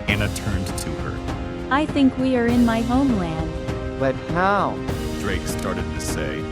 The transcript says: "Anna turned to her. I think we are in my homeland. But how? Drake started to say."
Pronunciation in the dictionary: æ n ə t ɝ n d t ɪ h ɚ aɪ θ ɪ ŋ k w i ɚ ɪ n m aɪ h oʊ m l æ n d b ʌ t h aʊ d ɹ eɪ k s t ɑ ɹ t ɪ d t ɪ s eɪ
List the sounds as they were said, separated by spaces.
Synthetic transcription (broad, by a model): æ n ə t ɝ n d t ɪ ɚ aɪ θ ɪ ŋ k w i ɚ ɪ n m aɪ h oʊ m l æ n d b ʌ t h aʊ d ɹ eɪ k s t ɑ ɹ t ɪ d t ɪ s eɪ